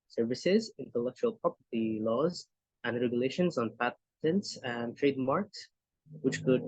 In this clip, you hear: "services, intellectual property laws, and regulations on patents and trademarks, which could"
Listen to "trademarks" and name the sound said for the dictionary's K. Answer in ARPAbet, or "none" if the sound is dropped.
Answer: K